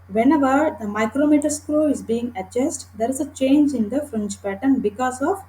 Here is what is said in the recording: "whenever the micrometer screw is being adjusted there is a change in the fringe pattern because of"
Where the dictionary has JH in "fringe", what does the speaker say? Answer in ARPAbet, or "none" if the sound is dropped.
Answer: CH